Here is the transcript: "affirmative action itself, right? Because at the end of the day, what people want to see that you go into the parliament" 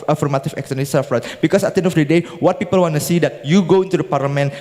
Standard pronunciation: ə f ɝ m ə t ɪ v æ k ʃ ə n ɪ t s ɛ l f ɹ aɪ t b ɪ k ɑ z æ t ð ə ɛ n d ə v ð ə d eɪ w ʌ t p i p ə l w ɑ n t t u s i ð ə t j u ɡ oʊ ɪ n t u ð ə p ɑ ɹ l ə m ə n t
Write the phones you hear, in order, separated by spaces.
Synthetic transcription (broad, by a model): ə f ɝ m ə t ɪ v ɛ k s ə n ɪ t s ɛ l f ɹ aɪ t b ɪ k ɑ s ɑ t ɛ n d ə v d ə d eɪ w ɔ t p i p ə l w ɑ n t t u s i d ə t j u ɡ oʊ ɪ n t u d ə p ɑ ɹ l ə m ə n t